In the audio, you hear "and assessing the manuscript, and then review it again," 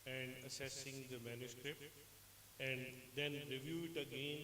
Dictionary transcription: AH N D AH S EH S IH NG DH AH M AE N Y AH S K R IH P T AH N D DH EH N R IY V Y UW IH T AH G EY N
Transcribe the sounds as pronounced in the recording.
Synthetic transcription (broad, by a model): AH N D AH S EH S IH NG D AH M AE N Y AH S K R IH P T AH N D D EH N R IY V Y UW IH T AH G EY N